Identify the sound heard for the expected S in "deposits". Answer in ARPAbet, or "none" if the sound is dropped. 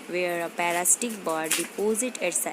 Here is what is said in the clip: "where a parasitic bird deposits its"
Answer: none